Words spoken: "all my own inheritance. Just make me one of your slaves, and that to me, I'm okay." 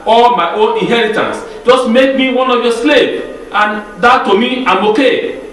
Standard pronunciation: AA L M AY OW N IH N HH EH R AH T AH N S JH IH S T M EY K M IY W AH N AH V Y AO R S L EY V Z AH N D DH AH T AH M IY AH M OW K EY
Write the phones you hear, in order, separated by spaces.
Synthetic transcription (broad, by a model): AA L M AY OW N IH N HH EH R AH T AH N S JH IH S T M EY K M IY W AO N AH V Y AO S L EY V AH N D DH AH T AH M IY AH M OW K EY